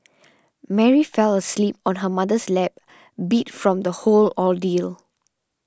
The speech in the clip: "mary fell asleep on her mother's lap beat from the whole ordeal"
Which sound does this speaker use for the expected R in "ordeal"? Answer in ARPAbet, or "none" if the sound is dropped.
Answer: L